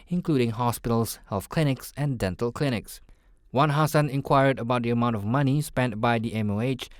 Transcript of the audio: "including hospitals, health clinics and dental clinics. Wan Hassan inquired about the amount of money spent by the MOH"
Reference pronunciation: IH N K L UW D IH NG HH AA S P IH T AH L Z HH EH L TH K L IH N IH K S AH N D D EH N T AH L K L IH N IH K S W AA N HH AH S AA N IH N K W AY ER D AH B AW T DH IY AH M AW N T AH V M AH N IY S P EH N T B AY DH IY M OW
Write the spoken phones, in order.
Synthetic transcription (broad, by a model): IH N K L UW D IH NG HH AA S P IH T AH L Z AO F K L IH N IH K S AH N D D EH N T AH L K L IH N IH K S W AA N HH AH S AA N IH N K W AY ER D AH B AW T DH IY AH M AW N T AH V M AH N IY S P EH N T B AY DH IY M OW